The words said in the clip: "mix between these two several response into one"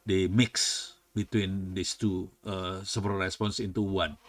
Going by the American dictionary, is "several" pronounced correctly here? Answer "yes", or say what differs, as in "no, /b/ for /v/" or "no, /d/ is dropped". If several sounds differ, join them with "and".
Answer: no, /ɹ/ is dropped